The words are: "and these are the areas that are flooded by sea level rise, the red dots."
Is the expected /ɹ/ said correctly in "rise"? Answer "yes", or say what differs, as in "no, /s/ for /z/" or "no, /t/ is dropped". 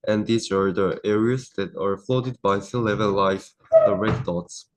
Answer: no, /l/ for /ɹ/